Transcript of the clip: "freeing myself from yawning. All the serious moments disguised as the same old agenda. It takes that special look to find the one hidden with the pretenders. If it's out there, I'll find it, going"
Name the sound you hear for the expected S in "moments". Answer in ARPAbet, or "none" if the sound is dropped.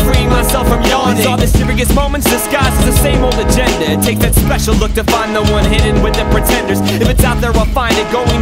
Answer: S